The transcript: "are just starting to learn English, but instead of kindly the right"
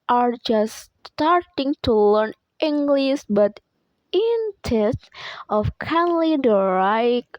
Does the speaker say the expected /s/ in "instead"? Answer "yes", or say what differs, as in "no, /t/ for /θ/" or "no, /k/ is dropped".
no, /s/ is dropped